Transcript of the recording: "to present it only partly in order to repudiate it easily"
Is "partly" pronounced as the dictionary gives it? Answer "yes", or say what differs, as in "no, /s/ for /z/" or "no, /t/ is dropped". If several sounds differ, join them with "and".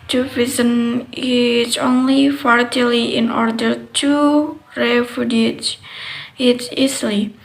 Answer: no, /f/ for /p/